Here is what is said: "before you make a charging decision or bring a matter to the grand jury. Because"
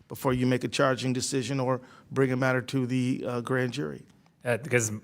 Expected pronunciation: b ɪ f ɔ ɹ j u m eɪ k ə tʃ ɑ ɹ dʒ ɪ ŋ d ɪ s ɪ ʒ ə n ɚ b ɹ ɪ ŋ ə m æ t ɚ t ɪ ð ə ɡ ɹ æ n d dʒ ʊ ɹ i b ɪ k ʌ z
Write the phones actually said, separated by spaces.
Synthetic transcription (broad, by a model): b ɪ f ɔ ɹ j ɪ m eɪ k ə tʃ ɑ ɹ dʒ ɪ ŋ d ɪ s ɪ ʒ ə n ɚ b ɹ ɪ ŋ ə m æ t ɚ t ɪ ð ə ɡ ɹ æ n dʒ ʊ ɹ i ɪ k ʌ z